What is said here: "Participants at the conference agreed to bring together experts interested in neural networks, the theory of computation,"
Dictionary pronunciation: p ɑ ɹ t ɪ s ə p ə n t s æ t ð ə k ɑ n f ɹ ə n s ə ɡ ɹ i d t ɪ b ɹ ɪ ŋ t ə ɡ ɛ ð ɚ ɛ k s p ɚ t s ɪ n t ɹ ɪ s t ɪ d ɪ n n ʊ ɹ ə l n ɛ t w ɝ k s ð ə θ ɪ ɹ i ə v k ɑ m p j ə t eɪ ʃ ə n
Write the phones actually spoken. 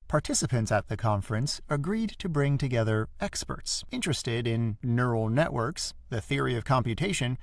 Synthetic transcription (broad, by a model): p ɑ ɹ t ɪ s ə p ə n t s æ t ð ə k ɑ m f ɹ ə n s ə ɡ ɹ i d t ɪ b ɹ ɪ ŋ t ə ɡ ɛ ð ɚ ɛ k s p ɚ t s ɪ n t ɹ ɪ s t ɪ d ɪ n n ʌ ɹ l n ɛ t w ɝ k s ð ə θ ɪ ɹ i ə v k ɑ m p j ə t eɪ ʃ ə n